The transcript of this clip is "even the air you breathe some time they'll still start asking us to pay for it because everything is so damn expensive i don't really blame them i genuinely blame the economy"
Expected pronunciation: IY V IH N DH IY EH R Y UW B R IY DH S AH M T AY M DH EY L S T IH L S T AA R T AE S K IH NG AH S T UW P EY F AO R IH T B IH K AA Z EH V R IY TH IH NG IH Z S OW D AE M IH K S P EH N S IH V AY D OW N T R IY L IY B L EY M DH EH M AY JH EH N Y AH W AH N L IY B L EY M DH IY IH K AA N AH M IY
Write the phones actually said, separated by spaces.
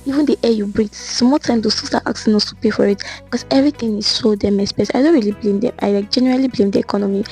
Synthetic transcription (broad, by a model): IY V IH N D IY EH Y UW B R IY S M T AY M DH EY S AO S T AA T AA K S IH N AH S T UW P EY F AO R IH T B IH K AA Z EH V R IY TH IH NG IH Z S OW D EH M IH S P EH S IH IH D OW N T R IY L IY B L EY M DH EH M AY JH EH N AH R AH L IY B L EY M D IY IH K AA N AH M IY